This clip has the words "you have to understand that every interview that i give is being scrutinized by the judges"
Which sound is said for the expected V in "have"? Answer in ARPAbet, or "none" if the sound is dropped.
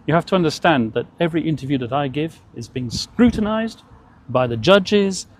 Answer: F